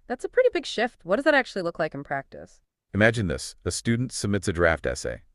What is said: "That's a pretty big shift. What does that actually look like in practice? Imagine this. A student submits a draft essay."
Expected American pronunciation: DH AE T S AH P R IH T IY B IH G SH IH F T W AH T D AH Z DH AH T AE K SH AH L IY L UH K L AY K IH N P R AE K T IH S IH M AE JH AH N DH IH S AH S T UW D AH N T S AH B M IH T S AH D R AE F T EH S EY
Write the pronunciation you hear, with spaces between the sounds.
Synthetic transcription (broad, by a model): DH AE T S AH P R IH T IY B IH G SH IH F T W AH T D AH Z DH AH T AE K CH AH L IY L UH K L AY K N P R AE K T IH S IH M AE JH AH N DH IH S AH S T UW D N T S AH B M IH T S AH D R AE F T EH S EY